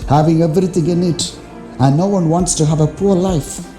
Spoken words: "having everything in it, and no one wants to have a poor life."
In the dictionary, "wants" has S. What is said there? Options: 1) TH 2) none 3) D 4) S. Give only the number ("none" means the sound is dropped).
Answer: 4